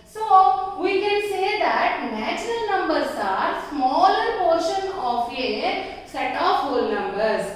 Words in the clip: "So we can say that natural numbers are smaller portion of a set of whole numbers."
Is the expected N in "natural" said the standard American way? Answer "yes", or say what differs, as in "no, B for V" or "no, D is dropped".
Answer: yes